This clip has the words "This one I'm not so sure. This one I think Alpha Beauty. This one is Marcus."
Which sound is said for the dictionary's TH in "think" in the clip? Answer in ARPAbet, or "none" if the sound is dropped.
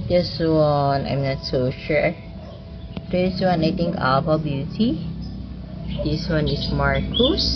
T